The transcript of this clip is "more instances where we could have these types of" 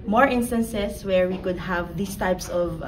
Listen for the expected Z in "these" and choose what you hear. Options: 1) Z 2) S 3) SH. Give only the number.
2